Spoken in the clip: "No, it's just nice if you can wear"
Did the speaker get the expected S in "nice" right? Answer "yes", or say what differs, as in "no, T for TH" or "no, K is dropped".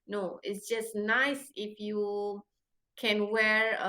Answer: yes